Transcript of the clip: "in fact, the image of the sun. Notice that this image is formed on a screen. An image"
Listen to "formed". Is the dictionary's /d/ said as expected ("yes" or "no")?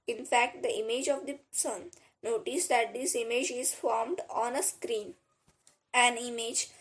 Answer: yes